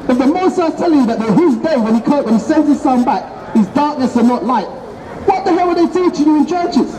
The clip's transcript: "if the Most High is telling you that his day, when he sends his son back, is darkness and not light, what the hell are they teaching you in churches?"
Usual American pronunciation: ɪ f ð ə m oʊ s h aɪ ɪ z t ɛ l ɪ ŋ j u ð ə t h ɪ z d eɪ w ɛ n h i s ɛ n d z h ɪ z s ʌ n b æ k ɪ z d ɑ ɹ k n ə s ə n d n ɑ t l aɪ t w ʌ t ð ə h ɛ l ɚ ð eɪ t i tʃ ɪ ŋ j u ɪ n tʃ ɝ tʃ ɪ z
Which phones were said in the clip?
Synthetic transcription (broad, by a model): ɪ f ð ə m oʊ s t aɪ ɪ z t ɛ l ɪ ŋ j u ð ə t h ɪ z d eɪ w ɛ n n i s ɛ n d z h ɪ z s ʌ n b æ k ɪ z d ɑ ɹ k n ə s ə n n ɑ t l aɪ t w ʌ t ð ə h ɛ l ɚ ð eɪ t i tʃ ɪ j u ɪ n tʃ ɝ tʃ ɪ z